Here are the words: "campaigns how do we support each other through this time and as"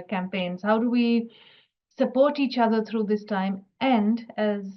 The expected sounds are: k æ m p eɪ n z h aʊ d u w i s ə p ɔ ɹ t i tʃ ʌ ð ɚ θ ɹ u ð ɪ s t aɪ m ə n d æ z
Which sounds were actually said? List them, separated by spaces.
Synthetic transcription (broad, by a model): k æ m p eɪ n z h aʊ d u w i s ə p ɔ ɹ t i tʃ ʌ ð ɚ t ɹ u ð ɪ s t aɪ m ə n d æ z